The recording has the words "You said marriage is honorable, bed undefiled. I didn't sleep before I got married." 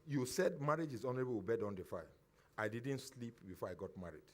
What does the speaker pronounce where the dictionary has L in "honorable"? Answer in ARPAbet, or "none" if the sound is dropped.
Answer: W